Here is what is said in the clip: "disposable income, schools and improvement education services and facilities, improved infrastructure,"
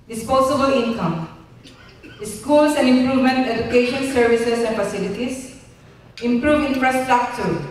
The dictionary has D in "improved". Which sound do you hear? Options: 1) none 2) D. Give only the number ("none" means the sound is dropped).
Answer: 1